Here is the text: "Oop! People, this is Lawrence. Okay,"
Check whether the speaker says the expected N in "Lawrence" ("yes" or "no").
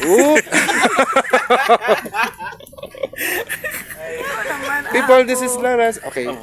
no